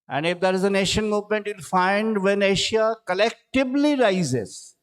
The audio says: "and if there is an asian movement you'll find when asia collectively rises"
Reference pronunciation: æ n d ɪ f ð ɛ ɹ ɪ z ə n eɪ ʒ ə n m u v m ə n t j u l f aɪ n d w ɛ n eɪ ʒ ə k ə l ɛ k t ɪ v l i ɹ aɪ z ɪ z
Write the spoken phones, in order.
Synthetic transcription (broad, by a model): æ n d ɪ f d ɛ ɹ ɪ z ə n eɪ ʃ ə n m u v m ə n t j u l f aɪ n d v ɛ n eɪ ʃ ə k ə l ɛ k t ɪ b l i ɹ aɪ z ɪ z